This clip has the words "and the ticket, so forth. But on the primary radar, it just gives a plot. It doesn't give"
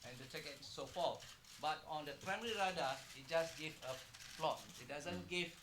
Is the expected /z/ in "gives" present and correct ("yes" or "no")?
no